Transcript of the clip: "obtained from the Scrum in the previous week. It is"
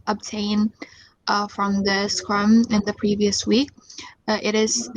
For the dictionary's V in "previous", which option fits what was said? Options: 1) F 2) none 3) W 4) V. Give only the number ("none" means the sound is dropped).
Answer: 4